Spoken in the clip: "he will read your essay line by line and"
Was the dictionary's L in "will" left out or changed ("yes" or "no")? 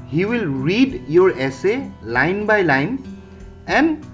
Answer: no